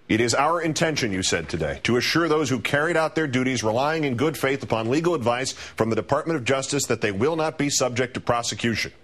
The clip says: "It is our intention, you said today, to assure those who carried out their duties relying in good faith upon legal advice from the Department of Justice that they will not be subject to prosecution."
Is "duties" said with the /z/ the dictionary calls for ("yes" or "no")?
yes